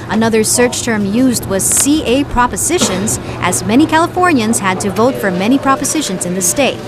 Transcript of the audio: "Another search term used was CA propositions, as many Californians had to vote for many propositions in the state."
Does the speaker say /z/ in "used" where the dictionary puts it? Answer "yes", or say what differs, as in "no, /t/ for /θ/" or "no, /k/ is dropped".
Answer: yes